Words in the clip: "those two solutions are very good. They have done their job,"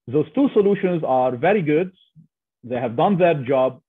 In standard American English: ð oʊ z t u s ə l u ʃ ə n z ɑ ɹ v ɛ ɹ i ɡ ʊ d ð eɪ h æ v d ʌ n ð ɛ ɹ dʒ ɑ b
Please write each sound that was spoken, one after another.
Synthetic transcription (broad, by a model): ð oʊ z t u s ə l u ʃ ə n z ɑ ɹ v ɛ ɹ i ɡ ʊ d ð eɪ h æ v d ʌ n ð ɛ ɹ dʒ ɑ b